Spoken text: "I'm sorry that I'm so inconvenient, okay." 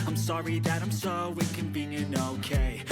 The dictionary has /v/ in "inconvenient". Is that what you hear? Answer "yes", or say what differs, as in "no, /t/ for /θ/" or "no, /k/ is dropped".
no, /b/ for /v/